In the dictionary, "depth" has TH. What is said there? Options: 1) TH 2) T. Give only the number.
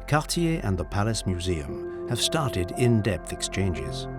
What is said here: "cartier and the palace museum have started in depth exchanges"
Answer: 1